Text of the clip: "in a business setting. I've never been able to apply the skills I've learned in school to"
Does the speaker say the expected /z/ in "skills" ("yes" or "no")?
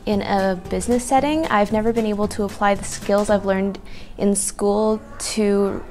yes